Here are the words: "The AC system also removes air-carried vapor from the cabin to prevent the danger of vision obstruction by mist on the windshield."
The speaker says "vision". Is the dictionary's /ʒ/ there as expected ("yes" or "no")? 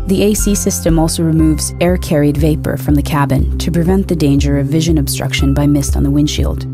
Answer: yes